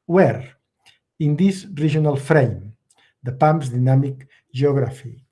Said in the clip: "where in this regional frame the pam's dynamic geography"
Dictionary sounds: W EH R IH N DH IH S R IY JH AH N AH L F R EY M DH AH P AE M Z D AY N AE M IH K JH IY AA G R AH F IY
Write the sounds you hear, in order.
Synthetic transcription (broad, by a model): W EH R IH N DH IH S R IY ZH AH N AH L F R EY M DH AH P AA M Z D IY N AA M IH K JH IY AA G R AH F IY